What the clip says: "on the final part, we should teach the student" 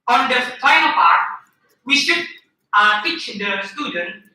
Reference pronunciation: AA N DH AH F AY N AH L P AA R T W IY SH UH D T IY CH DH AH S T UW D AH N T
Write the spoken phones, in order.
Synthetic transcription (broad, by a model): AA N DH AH P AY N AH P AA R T W IY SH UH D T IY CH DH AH S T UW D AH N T